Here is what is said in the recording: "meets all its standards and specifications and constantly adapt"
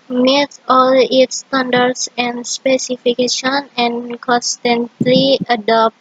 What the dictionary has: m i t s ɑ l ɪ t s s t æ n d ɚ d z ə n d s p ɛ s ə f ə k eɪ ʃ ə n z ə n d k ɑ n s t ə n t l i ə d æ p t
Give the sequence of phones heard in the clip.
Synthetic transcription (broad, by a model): m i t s ɑ l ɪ t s s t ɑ n d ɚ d s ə n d s p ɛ s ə f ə k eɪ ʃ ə n ə n k ɑ n s t ə n t l i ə d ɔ p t